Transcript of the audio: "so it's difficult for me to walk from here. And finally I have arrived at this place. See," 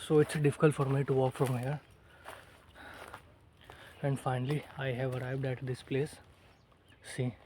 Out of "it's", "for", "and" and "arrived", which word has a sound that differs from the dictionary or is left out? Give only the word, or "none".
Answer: none